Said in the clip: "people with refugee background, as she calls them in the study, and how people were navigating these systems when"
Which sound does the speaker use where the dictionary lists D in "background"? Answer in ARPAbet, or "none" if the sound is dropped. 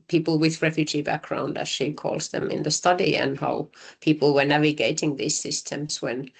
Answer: D